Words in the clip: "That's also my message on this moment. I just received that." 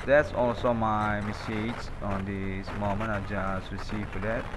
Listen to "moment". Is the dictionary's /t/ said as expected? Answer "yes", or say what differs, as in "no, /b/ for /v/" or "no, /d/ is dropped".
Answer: no, /t/ is dropped